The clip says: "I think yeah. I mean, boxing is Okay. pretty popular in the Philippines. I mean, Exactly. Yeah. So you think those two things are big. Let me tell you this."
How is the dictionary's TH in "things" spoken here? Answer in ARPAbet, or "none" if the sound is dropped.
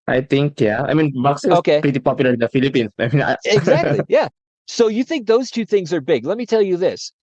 TH